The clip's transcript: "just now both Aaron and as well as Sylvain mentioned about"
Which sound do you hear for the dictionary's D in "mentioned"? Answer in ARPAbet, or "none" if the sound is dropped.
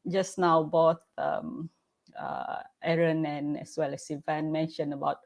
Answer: none